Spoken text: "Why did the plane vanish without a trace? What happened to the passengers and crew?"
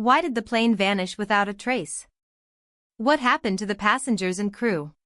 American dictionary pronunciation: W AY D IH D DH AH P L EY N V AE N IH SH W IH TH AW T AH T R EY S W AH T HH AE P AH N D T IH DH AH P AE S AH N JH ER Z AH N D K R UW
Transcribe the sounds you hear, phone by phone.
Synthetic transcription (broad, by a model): W AY D IH D DH AH P L EY N V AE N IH SH W IH TH AW T AH T R EY S W AH T HH AE P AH N T IH DH AH P AE S AH N JH ER Z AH N K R UW